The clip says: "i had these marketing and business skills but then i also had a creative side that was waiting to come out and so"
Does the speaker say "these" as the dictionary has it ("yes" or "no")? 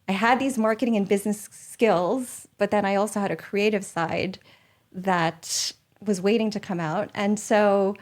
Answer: yes